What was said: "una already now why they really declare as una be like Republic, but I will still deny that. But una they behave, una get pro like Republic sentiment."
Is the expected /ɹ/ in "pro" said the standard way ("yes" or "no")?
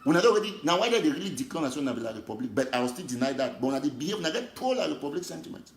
no